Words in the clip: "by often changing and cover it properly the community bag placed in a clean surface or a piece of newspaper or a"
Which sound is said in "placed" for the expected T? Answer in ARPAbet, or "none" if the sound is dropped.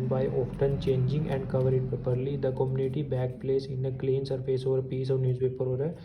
none